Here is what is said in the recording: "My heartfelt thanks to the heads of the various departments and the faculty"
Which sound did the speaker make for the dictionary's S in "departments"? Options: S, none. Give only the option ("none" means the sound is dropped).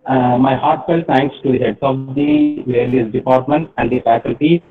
none